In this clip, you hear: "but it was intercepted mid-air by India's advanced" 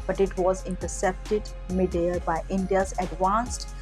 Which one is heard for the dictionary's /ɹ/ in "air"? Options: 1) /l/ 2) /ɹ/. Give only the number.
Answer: 1